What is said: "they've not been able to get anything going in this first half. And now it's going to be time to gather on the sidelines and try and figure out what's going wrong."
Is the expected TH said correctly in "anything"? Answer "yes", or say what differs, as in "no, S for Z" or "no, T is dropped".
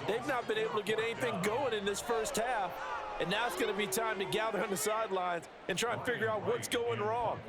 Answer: yes